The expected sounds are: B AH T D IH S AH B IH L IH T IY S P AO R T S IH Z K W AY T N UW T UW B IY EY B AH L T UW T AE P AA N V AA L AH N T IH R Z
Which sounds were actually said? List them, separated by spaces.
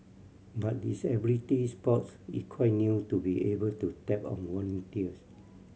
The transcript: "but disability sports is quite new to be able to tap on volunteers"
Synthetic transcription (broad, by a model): B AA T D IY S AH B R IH T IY S P AO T S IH K W AY T N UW T UW B IY EY B AH L T UW T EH P AA N W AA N T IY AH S